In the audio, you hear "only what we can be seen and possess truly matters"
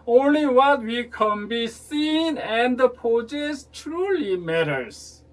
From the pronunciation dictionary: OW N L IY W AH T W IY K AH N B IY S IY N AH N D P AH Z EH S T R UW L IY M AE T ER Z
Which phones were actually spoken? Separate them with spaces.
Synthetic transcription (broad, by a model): OW N L IY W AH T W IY K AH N B IY S IY N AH N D P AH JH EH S T R UW L IY M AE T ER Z